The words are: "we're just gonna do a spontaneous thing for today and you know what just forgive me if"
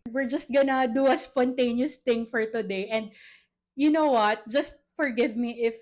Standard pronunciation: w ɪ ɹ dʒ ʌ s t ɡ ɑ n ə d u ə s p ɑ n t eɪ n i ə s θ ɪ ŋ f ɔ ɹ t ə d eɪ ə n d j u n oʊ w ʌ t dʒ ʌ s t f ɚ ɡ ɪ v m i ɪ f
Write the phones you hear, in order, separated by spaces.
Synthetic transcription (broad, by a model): w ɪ ɹ dʒ ʌ s t ɡ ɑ n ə d u ə s p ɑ n t eɪ n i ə s t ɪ ŋ f ɔ ɹ t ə d eɪ ə n d j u n oʊ w ʌ t dʒ ʌ s t f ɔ ɡ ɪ v m i ɪ f